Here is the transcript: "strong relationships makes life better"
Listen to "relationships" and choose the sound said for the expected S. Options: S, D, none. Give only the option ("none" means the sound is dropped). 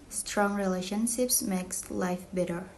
S